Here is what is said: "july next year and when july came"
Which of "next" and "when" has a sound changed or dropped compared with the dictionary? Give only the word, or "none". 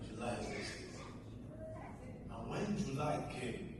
next